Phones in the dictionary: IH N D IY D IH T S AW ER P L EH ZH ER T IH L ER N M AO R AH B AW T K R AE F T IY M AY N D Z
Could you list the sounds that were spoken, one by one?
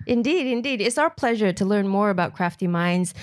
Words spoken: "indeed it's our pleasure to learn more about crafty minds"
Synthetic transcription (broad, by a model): IH N D IY D IH T S AW ER P L EH ZH ER T IH L ER N M AO R AH B AW T K R AE F T IY M AY N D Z